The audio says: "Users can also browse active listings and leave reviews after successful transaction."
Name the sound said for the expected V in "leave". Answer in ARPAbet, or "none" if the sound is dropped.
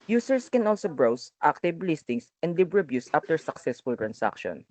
B